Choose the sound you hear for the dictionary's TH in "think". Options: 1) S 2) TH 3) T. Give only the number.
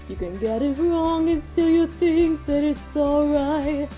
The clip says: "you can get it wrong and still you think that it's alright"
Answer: 2